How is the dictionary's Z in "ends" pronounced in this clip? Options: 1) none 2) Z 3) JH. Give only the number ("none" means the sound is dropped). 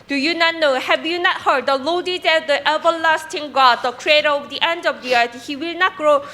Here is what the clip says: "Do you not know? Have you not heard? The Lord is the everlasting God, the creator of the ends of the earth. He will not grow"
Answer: 1